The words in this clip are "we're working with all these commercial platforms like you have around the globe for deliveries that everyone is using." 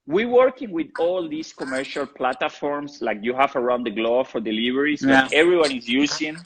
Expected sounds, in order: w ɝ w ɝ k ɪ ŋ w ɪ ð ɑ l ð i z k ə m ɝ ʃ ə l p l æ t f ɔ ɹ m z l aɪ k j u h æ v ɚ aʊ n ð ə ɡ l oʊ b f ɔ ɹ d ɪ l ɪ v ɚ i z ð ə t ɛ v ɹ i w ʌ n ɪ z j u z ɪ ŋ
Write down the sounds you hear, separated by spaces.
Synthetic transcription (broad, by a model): w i w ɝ k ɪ ŋ w ɪ ð ɑ l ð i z k ə m ɝ ʃ ə l p l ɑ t f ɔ ɹ m s l aɪ k j u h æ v ɚ aʊ n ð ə ɡ l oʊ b f ɔ ɹ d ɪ l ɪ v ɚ i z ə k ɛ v ɹ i w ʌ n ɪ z j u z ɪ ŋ